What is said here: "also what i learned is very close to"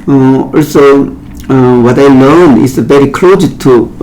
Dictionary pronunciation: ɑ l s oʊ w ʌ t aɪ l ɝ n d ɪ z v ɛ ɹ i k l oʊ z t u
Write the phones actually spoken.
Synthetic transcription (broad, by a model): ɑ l s oʊ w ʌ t aɪ l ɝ n ɪ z v ɛ ɹ i k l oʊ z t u